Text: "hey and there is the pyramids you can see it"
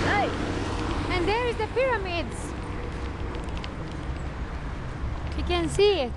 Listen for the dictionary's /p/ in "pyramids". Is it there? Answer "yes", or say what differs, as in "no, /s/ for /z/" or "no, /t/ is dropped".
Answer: yes